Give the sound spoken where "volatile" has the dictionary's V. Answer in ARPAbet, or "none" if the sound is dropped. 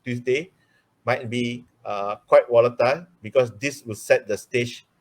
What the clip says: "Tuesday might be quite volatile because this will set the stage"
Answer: W